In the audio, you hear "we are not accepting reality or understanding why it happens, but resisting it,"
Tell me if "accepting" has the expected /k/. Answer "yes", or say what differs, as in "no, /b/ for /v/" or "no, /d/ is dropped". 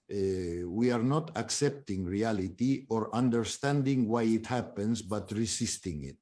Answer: yes